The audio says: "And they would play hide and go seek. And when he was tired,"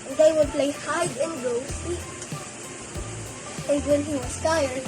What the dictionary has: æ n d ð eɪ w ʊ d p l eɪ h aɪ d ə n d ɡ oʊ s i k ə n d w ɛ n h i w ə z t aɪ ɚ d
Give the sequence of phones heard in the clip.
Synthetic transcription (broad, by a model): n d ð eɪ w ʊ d p l eɪ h aɪ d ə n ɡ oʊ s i ə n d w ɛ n h i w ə s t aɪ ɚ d